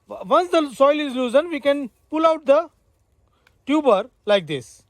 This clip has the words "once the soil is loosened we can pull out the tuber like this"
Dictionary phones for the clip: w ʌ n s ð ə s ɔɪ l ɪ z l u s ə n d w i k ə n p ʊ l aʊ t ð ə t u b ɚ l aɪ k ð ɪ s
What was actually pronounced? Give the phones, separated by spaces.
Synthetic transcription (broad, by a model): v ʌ n s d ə s ɔɪ l ɪ z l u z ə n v i k ə n p ʊ l aʊ t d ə t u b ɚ l aɪ k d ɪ s